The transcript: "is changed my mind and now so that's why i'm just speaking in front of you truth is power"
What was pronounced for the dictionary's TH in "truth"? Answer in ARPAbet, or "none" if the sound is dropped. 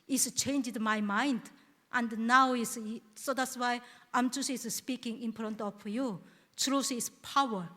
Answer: S